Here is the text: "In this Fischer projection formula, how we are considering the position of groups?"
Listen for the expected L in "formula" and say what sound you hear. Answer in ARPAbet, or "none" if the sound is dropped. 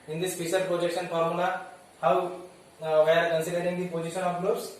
N